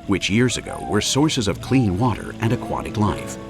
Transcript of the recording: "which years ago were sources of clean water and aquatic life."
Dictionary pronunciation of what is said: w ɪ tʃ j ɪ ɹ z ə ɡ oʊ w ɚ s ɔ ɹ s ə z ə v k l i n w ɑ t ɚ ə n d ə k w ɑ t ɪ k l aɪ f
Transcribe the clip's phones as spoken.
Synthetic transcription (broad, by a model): w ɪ tʃ j ɪ ɹ z ə ɡ oʊ w ɚ s ɔ ɹ s ə z ə v k l i n w ɑ t ɚ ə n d ə k w ɑ t ɪ k l aɪ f